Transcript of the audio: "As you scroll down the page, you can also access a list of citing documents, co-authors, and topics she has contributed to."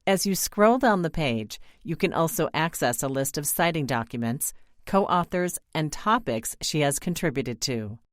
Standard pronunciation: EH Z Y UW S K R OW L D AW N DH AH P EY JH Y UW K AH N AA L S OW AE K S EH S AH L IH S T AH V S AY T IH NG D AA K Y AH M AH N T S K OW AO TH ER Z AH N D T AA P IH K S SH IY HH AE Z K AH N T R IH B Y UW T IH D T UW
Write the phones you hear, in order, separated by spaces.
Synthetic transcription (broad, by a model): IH Z Y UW S K R OW L D AW N DH AH P EY JH Y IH K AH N AA L S OW AE K S EH S AH L IH S T AH V S AY T IH NG D AA K Y AH M AH N T S K OW AO TH ER Z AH N T AA P IH K S SH IY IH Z K AH N T R IH B Y UW T IH D T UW